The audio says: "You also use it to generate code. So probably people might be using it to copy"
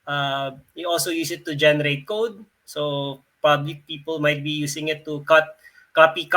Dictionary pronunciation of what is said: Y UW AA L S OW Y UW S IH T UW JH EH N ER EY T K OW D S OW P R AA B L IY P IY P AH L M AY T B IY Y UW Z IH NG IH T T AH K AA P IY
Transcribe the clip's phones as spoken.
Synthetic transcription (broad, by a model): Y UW AA L S OW Y UW S IH T UW JH EH N ER EY T K OW D S OW P AA B L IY P IY P AH L M AY T B IY Y UW S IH NG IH T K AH K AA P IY